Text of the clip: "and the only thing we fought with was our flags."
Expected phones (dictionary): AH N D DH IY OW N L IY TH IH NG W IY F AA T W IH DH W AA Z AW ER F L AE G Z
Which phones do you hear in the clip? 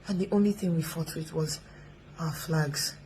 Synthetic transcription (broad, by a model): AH N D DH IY OW N L IY TH IH NG W IY F AA T W IH DH W AA Z AW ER F L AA G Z